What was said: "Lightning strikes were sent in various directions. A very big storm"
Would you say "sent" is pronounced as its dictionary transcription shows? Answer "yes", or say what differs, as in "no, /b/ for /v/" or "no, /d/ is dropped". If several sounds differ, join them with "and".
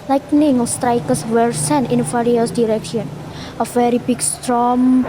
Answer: no, /t/ is dropped